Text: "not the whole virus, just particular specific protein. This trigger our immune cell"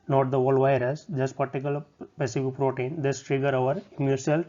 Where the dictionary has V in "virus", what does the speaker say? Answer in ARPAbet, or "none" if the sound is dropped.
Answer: V